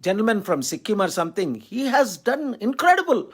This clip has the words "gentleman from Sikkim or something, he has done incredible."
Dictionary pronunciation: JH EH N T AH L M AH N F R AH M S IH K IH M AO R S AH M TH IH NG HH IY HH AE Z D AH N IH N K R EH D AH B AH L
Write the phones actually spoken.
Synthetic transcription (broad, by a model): JH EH N T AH L M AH N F R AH M S IH K IH M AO R S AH M T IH NG HH IY HH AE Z D AH N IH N K R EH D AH B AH L